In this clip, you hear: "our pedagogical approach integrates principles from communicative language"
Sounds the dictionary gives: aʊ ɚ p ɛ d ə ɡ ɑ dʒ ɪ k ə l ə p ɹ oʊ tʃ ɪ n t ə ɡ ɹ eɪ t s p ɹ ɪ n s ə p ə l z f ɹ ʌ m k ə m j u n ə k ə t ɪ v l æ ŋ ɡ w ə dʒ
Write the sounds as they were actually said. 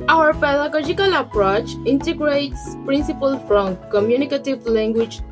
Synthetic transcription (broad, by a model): aʊ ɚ p ɛ d ə ɡ ɑ dʒ ɪ k ə l ə p ɹ oʊ tʃ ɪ n t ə ɡ ɹ eɪ t s p ɹ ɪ n s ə p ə l f ɹ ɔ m k ə m j u n ə k ə t ɪ v l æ ŋ ɡ w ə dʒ